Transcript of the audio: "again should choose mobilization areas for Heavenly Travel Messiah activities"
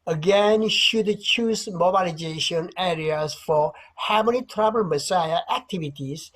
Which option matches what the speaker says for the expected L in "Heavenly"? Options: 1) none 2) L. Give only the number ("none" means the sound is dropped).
1